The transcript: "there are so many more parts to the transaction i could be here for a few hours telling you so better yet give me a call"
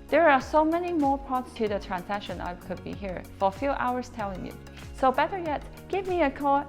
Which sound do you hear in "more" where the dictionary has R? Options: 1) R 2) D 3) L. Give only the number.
1